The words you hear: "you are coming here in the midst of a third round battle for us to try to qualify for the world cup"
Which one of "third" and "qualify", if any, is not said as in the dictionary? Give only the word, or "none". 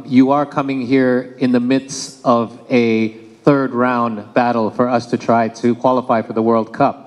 none